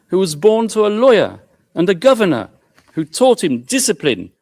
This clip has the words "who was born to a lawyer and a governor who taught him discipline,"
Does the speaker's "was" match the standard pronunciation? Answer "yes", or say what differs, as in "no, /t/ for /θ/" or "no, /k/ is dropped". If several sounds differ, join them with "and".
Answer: yes